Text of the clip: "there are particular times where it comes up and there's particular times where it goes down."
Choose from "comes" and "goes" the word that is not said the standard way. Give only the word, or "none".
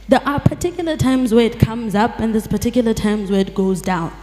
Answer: none